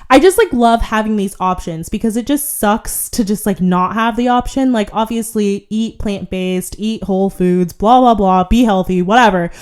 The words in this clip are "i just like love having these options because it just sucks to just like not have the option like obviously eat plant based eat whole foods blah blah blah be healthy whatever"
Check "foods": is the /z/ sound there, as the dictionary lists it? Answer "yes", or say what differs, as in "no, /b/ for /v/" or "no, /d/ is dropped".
yes